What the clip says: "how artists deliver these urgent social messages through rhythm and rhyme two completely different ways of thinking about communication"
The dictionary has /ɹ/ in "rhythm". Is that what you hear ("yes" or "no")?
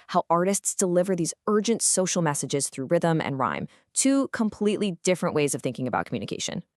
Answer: yes